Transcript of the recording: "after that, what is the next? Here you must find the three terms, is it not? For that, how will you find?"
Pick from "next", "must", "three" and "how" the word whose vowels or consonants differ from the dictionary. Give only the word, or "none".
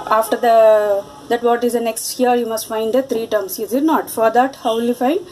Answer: three